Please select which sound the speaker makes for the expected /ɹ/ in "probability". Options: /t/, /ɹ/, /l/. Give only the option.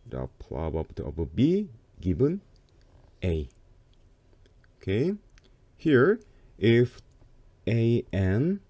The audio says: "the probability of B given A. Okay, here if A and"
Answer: /l/